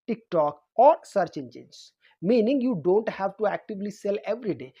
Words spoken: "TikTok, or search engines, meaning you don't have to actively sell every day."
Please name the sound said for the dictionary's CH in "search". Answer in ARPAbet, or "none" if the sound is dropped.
CH